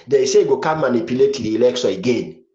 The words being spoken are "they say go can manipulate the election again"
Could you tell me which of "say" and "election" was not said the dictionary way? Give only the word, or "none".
election